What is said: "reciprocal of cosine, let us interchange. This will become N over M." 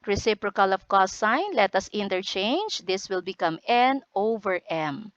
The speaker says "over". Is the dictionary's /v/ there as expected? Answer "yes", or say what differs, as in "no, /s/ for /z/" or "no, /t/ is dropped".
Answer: yes